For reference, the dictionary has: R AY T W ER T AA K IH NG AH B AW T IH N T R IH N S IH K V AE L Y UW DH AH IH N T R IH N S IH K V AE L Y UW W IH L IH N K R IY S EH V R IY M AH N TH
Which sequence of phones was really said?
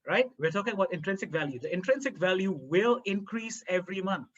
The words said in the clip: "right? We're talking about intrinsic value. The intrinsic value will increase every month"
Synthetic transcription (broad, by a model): R AY T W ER T AA K IH NG AH B AW T IH N T R IH N S IH K V AE L Y UW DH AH IH N T R IH N S IH K V AE L Y UW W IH L IH N K R IY S EH V R IY M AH N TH